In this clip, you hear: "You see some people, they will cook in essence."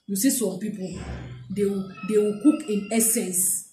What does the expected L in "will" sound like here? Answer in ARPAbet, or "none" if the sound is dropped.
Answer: W